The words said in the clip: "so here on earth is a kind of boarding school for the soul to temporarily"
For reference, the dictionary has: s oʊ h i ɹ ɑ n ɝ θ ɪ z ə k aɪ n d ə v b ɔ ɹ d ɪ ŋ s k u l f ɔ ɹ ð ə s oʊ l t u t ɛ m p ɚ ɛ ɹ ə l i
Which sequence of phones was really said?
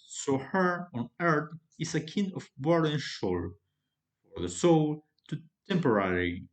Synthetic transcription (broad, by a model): s oʊ h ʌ ɹ ɑ n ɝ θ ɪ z ə k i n ə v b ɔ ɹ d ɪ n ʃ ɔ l f ɔ ɹ ð ə s oʊ l t u t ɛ m p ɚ ɹ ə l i